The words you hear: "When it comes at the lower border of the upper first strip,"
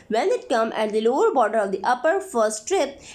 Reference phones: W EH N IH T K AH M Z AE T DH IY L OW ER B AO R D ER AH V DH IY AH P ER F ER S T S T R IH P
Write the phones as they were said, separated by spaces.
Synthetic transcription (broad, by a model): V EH N IH T K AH M AE T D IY L OW ER B AO R D ER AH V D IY AH P ER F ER S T T R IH P